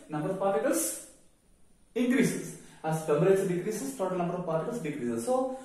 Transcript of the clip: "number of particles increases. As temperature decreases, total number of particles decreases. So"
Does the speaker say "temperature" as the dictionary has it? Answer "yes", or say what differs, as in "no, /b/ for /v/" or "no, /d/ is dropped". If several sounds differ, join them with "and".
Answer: no, /b/ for /p/